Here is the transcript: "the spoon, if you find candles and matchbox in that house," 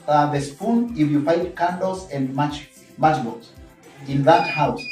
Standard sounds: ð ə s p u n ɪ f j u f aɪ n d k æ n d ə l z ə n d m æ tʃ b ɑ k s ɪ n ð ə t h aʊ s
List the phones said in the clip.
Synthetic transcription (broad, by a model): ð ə s p u n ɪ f j u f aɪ d k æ n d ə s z ə n d m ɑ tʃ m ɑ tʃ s ɪ n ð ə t h aʊ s